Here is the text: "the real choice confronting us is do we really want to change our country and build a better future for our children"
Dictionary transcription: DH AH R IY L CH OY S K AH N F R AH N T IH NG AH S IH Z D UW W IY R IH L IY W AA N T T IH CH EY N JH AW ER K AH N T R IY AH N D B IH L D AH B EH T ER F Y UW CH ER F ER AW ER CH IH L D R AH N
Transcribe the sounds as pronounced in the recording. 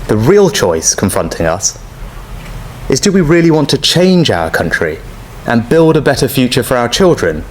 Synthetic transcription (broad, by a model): DH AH R IY L CH OY S K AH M F R AH N T IH NG AH S IH Z D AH W IY R IH L IY W AA N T T IH CH EY N JH AW ER K AH N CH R IY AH N B IH L D AH B EH T ER F Y UW CH ER F ER AW ER CH IH L D R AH N